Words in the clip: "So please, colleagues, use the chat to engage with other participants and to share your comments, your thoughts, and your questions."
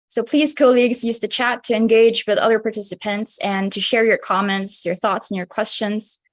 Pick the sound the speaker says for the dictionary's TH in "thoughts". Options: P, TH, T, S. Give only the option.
TH